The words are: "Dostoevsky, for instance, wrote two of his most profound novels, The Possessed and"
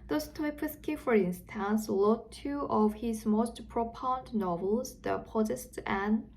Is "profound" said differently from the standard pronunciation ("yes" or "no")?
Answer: yes